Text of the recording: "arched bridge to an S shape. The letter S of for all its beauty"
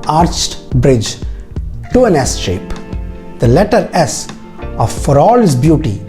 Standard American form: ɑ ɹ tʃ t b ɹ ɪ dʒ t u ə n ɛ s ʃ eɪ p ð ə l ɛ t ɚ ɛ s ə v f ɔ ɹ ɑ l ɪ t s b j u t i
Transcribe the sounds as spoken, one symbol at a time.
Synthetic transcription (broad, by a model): ɑ ɹ tʃ t b ɹ ɪ dʒ t u ə n ɛ s ʃ eɪ p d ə l ɛ t ɚ ɛ s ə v f ɔ ɹ ɑ l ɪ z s b j u t i